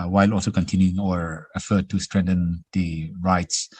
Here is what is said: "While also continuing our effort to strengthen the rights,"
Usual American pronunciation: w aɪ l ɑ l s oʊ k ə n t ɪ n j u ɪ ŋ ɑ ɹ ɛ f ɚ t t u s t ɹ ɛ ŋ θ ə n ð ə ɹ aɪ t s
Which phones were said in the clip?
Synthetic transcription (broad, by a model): w aɪ l ɑ l s oʊ k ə n t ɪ n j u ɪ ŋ ɑ ɹ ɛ f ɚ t t u s t ɹ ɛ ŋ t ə n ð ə ɹ aɪ t s